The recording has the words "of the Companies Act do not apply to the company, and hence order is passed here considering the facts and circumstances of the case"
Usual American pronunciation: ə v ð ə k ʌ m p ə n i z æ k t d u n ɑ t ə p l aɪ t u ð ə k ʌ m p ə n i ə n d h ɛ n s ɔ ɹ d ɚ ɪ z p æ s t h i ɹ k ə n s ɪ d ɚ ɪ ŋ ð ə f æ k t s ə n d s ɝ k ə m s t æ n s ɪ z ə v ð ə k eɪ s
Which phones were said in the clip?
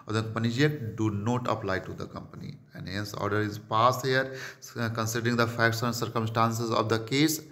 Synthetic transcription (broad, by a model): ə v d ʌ p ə n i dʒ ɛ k d u n ɑ t ə p l aɪ t u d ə k ʌ m p ə n i ə n d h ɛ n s ɔ ɹ d ɚ ɪ z p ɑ s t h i ɹ k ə n s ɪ d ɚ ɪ ŋ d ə f æ k t s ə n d s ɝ k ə m s t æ n s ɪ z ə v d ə k eɪ s